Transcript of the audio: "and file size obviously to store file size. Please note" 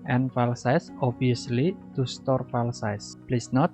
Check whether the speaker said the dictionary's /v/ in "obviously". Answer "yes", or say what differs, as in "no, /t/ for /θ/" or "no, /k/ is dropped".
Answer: no, /v/ is dropped